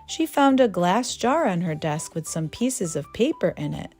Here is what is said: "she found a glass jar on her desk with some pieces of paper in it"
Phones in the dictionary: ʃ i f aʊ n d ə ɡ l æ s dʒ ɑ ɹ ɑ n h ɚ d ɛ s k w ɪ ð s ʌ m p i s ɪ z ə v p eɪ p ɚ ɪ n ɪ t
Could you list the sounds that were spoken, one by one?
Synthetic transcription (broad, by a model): ʃ i f aʊ n d ə ɡ l æ s dʒ ɑ ɹ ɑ n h ɚ d ɛ s k w ɪ ð s ʌ m p i s ɪ z ə v p eɪ p ɚ ɪ n ɪ t